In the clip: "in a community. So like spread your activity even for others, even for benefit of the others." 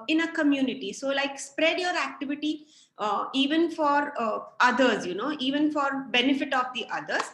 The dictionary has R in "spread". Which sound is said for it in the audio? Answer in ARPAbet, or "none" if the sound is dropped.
R